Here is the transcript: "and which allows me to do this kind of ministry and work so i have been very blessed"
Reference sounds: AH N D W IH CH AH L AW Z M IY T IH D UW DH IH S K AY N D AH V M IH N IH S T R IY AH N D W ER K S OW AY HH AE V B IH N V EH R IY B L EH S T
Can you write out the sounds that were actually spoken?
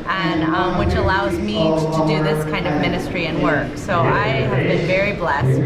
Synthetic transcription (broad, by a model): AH N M W IH CH AH L AW Z M IY T IH D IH DH IH S K AY N D AH V M IH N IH S T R IY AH N W ER K S OW AY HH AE V B IH N V EH R IY B L EH S T